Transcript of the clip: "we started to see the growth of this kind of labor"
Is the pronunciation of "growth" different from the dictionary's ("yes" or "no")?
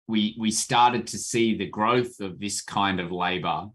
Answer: no